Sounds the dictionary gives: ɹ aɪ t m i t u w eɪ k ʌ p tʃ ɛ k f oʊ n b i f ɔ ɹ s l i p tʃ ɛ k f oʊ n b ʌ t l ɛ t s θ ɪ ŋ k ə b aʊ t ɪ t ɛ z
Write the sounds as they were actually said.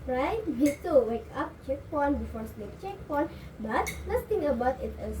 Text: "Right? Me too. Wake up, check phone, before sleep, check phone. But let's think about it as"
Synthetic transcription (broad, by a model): ɹ aɪ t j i t u w eɪ k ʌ p tʃ ɛ k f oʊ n b i f ɔ ɹ s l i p tʃ ɛ k p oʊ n b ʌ t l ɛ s t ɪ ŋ ə b aʊ t ɪ t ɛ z